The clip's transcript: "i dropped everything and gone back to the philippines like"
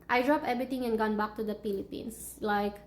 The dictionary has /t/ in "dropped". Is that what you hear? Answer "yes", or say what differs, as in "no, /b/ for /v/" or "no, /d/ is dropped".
no, /t/ is dropped